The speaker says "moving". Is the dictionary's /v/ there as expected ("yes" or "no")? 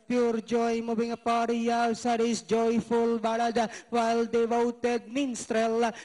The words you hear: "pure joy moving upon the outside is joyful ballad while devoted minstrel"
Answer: no